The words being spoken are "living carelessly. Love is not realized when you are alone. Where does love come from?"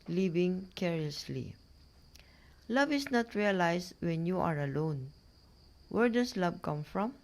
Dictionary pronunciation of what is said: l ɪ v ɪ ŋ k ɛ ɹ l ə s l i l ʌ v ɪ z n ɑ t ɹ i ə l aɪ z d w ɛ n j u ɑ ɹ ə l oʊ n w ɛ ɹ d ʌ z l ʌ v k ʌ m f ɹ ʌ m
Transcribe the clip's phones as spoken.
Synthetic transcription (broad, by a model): l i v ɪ ŋ k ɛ ɹ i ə s l i l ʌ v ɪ s n ɑ t ɹ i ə l aɪ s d w ɛ n j u ɑ ɹ ə l oʊ n w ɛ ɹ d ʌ s l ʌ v k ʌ m f ɹ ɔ m